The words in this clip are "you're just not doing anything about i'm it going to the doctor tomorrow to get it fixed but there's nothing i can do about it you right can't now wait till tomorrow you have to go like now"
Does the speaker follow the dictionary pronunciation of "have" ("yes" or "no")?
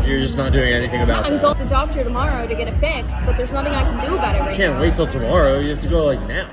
no